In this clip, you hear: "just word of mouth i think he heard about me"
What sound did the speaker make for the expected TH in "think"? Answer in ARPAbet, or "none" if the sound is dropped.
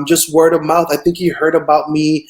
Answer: TH